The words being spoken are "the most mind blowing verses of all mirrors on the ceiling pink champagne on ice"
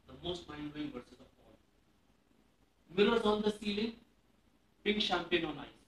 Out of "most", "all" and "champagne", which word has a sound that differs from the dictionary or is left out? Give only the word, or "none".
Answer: none